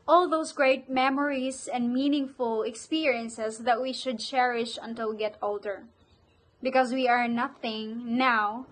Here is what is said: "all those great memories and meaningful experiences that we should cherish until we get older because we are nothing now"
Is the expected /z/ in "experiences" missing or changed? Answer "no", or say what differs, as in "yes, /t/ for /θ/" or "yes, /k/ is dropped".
yes, /s/ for /z/